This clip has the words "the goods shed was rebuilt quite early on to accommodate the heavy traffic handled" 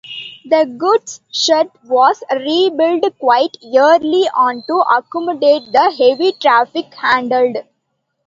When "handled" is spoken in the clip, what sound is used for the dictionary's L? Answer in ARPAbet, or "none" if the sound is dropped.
L